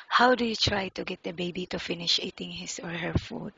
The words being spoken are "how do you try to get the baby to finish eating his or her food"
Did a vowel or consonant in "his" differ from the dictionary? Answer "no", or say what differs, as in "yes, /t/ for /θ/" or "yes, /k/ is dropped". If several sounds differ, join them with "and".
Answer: yes, /s/ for /z/